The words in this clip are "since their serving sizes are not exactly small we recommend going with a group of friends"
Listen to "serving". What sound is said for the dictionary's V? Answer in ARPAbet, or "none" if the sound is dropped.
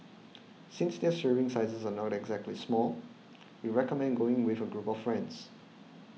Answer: none